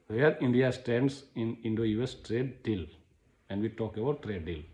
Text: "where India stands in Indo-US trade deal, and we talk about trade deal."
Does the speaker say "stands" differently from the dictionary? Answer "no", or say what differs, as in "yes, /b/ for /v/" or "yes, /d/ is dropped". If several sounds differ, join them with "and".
yes, /s/ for /z/